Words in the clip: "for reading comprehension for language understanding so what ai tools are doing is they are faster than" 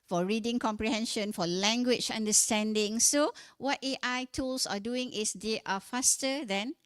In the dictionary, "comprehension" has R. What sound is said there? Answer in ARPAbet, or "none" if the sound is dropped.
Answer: R